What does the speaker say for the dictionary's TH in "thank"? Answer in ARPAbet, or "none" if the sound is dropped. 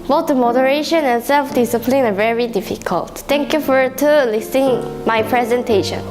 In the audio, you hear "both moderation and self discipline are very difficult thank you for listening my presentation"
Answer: T